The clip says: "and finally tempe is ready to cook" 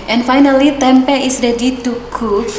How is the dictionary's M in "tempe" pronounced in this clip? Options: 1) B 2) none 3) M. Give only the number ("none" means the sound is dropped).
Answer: 3